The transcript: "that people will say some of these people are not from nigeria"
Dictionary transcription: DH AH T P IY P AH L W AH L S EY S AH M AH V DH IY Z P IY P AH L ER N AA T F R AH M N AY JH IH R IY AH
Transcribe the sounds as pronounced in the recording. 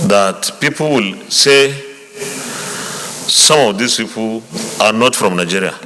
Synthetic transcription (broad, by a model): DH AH T P IY P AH L W AH L S EY S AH M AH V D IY S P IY P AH N AA T F R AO M N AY JH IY R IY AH